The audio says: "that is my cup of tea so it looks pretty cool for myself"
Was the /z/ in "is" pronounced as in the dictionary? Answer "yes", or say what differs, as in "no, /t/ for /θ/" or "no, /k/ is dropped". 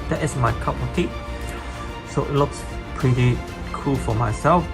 no, /s/ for /z/